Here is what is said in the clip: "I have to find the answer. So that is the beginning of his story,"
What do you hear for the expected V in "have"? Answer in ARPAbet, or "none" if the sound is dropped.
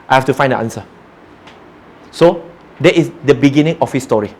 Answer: F